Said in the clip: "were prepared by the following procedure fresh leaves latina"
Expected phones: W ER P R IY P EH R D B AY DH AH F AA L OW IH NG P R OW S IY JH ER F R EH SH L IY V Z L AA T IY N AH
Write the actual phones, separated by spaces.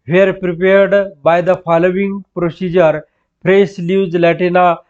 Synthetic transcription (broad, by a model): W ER P R IY P EH R D B AY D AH F AA L OW IH NG P R OW S IY JH ER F R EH S L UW Z L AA T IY N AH